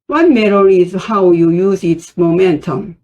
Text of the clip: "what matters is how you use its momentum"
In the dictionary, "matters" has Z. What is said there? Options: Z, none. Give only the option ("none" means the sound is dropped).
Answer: none